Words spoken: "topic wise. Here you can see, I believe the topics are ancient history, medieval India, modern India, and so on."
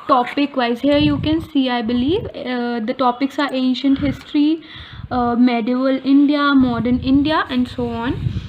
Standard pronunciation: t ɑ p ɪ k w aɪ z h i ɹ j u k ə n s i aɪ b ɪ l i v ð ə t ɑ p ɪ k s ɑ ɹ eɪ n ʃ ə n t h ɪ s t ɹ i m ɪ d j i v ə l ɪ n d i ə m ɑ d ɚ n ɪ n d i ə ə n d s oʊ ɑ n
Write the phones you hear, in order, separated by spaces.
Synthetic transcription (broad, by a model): t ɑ p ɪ k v aɪ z h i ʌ j u k ə n s i aɪ b ɪ l i v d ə t ɑ p ɪ k s ɑ ɹ eɪ n ʃ ə n t h ɪ s t ɹ i m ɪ d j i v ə l ɪ n d i ə m ɑ d ɚ n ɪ n d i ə ə n d s oʊ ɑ n